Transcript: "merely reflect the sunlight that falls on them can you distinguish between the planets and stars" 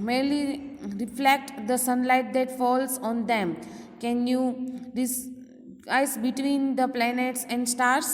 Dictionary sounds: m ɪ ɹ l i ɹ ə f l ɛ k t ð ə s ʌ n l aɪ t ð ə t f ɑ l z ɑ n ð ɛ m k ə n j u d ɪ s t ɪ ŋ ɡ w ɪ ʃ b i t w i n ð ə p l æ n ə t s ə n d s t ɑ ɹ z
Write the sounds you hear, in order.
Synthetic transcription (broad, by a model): m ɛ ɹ l i ɹ ə f l ɛ k t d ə s ʌ n l aɪ t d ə t f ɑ l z ɑ n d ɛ m k ə n j u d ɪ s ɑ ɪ s b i t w i n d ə p l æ n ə t s ə n d s t ɑ ɹ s